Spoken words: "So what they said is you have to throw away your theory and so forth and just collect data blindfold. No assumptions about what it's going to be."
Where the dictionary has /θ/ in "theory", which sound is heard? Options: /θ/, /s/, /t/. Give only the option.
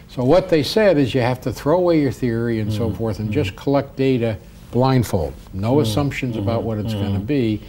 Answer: /θ/